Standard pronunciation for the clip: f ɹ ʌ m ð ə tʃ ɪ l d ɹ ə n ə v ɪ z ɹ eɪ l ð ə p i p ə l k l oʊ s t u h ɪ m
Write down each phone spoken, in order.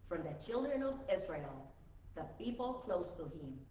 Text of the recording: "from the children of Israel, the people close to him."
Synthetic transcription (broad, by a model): f ɹ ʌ m ð ə tʃ ɪ l d ɹ ə n ə v ɪ z ɹ eɪ l ð ə p i p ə l k l oʊ s t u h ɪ m